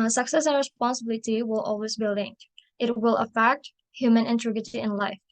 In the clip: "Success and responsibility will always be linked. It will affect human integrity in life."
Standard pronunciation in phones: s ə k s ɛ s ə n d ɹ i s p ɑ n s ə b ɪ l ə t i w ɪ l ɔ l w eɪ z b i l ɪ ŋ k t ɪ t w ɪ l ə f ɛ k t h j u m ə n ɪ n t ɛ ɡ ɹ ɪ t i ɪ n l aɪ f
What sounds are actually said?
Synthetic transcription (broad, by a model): s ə k s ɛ s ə n ɹ i s p ɑ n s ə b ɪ l ə t i w ɪ l ɔ l w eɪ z b i l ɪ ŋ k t ɪ t w ɪ l ə f ɛ k t h j u m ə n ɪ n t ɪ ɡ ɪ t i ɪ n l aɪ f